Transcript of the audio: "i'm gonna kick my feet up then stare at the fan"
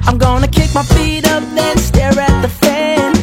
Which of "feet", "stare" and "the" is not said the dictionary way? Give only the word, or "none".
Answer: none